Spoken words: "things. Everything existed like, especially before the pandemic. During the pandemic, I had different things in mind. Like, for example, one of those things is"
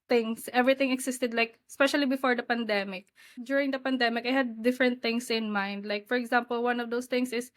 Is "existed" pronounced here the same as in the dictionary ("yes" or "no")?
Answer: no